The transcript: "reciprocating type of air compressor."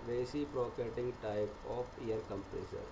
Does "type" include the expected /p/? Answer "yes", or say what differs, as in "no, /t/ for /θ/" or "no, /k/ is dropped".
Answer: no, /b/ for /p/